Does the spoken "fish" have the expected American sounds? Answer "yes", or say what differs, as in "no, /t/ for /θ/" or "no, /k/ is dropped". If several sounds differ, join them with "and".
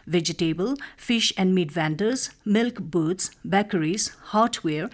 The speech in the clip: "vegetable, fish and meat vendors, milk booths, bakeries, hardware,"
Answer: yes